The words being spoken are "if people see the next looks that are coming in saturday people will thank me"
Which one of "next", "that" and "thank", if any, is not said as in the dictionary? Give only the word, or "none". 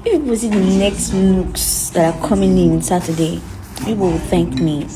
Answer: none